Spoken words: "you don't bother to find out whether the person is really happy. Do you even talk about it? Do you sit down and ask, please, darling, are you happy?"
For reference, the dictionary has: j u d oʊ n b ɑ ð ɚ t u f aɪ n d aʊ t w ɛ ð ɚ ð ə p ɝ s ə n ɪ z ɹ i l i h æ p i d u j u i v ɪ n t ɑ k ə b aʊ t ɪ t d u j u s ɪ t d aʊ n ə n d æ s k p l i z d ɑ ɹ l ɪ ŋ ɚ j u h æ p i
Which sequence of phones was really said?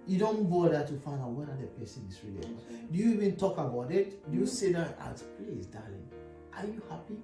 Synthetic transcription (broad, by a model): j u d oʊ n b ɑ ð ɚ t u f aɪ n d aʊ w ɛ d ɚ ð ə p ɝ s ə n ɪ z ɹ i l i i d u j u i v ɪ n t ɑ k ə b aʊ t ɪ t d u j u s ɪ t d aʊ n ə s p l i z d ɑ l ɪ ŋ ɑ j u h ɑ p i